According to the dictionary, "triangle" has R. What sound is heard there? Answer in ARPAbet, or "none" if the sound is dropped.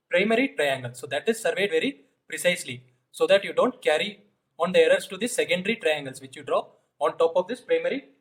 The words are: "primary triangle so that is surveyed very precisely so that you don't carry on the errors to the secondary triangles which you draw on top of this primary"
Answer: R